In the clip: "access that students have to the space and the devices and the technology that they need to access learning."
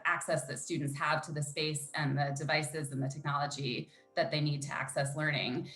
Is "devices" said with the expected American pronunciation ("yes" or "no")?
yes